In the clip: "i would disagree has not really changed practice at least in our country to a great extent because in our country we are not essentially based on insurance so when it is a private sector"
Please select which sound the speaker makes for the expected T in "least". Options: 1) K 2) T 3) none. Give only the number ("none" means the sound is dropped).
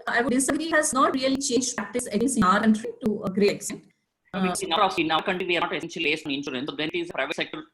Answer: 3